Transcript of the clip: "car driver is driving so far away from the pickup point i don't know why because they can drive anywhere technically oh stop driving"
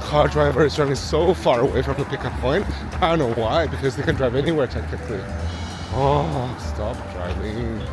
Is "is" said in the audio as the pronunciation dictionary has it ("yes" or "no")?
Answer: yes